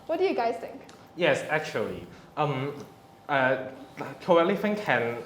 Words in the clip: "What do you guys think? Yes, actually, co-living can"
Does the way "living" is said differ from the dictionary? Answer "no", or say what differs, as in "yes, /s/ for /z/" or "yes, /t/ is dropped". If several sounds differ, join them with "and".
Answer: yes, /f/ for /v/